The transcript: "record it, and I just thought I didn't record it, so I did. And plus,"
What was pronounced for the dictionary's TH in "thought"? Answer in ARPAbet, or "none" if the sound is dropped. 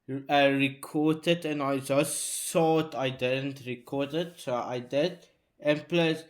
S